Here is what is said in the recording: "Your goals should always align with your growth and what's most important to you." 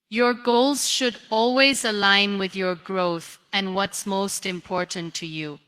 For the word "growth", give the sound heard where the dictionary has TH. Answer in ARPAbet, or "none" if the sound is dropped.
TH